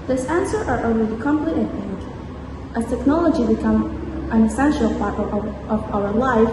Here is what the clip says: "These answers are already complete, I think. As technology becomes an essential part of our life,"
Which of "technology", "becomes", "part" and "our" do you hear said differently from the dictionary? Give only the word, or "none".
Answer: becomes